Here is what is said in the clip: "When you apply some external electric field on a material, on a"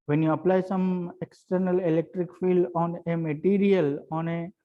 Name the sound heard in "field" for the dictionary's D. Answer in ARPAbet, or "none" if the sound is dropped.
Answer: D